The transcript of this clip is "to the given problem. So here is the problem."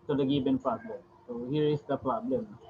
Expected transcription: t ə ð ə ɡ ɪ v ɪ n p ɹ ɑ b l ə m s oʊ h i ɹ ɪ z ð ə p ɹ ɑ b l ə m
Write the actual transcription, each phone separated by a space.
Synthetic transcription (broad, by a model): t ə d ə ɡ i b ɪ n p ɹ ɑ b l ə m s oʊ h i ɹ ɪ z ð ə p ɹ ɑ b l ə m